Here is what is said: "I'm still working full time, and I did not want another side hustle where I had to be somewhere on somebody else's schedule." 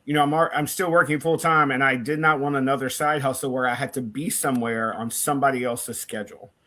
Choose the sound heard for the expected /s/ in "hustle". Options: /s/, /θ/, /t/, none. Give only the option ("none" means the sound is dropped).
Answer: none